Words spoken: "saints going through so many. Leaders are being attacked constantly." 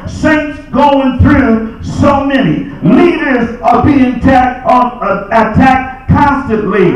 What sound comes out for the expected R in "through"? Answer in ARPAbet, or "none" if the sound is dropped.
R